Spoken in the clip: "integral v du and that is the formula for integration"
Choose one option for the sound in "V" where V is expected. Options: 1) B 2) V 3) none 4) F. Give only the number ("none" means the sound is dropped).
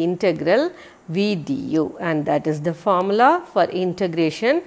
2